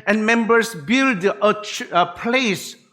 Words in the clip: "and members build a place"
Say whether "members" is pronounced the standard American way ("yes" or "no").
no